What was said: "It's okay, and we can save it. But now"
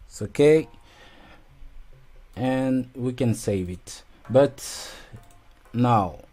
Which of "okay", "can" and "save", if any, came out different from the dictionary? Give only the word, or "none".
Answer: none